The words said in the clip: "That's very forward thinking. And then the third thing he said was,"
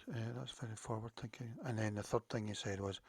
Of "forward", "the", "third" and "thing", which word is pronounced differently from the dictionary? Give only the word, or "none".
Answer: none